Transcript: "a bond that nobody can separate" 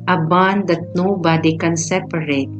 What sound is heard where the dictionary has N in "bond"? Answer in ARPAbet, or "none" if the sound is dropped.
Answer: N